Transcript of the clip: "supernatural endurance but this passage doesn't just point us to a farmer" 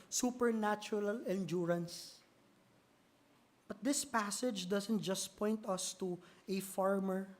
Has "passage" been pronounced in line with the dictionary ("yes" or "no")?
yes